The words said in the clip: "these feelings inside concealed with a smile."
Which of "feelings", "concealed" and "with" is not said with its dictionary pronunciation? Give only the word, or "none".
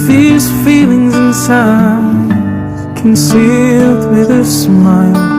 none